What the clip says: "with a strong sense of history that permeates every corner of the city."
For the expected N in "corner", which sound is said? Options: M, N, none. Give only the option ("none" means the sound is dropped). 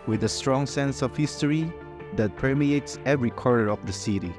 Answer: none